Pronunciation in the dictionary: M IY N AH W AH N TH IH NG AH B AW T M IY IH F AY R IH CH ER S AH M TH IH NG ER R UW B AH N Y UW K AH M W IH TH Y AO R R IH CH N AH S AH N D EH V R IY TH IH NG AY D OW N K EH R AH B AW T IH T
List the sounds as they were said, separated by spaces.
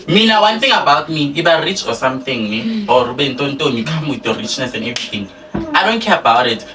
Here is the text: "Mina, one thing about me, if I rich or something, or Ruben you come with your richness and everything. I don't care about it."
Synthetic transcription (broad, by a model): M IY N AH W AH N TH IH NG AH B AW T M IY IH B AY R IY CH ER S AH M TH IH NG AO R UW B AH N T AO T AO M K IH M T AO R R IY CH N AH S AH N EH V IY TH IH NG AY D OW N K EH R AH B AW T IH T